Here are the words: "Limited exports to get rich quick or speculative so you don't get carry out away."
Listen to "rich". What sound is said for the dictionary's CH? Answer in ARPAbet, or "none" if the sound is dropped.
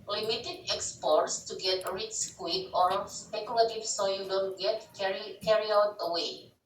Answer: S